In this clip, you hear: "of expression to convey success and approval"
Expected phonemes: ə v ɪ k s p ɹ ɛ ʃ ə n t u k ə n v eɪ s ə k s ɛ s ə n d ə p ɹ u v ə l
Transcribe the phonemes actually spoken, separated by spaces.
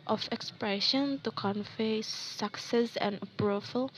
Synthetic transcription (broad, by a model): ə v ɪ k s p ɹ ɛ ʃ ə n t u k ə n f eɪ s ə k s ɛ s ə n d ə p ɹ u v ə l